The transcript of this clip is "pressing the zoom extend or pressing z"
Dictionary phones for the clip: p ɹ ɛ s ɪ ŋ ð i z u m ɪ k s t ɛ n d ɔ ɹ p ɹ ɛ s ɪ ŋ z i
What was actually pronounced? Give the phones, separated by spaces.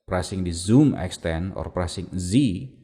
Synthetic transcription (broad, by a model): p ɹ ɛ s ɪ ŋ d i z u m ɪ k s t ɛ n ɔ ɹ p ɹ ɛ s ɪ ŋ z i